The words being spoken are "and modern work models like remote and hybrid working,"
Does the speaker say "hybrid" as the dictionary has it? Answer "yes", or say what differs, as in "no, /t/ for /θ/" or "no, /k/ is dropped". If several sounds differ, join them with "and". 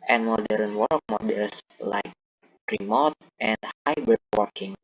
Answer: no, /ɹ/ is dropped